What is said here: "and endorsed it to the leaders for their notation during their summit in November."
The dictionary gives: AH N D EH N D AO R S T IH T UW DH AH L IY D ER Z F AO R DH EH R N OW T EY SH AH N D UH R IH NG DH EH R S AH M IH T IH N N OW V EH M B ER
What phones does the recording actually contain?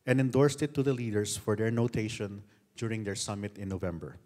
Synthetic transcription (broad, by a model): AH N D EH N D AO R S T IH T UW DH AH L IY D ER S F AO R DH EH R N OW T EY SH AH N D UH R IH NG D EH R S AH M IH T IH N N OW V EH M B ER